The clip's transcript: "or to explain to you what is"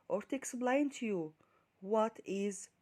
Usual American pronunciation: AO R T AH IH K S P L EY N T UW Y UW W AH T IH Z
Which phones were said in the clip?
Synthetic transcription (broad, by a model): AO R T AH K S B L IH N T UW Y UW W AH T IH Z